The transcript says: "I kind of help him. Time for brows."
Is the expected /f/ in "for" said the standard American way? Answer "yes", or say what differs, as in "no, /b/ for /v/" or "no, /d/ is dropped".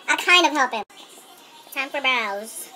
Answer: no, /p/ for /f/